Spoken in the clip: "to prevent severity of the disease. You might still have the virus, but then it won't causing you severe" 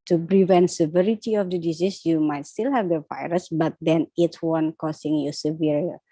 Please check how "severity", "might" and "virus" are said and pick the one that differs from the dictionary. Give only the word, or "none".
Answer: none